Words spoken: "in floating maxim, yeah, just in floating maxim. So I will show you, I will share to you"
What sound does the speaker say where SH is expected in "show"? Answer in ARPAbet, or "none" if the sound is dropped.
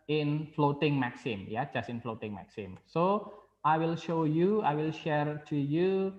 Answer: SH